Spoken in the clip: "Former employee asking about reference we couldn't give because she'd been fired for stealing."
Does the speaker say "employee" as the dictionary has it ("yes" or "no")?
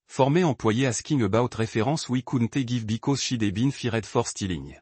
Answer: no